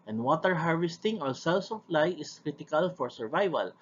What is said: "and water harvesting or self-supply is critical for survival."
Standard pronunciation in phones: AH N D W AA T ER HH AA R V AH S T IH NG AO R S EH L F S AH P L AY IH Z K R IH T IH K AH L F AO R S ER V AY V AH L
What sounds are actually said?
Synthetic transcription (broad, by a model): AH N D W AA T ER HH AA R V AH S T IH NG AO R S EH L S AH F L AY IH S K R IH T IH K AH L F AO R S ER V AY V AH L